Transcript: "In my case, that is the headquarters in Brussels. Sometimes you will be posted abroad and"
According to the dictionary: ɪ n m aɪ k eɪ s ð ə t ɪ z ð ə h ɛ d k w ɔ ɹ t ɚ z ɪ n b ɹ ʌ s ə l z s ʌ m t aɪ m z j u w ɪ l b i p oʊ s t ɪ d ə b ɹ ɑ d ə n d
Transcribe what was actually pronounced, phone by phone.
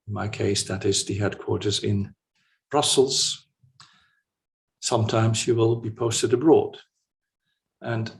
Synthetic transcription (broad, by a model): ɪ n m aɪ k eɪ s ð ə t ɪ z ð ə h ɛ d k w ɔ ɹ t ɚ z ɪ n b ɹ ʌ s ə l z s ʌ m t aɪ m z j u w ɪ l b i p oʊ s t ɪ d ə b ɹ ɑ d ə n